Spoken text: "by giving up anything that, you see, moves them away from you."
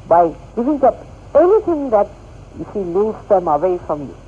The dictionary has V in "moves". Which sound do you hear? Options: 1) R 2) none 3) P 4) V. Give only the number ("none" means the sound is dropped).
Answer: 2